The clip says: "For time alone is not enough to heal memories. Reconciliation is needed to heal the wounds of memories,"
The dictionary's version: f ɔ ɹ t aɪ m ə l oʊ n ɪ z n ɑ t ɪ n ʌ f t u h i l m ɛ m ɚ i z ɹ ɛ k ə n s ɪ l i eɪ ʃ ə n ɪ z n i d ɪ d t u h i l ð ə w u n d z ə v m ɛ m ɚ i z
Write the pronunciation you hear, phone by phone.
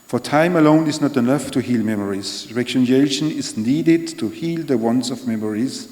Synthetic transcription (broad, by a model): f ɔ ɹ t aɪ m ə l oʊ n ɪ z n ɑ t ɪ n ʌ f t u h i l m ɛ m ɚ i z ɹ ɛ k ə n ɛ i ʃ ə n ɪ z n i d ɪ d t u h i l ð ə w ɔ n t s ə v m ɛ m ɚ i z